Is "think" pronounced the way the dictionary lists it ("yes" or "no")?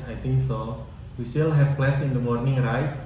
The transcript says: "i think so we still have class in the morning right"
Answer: no